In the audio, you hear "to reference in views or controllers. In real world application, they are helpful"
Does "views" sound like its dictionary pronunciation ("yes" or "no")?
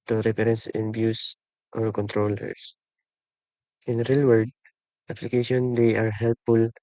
no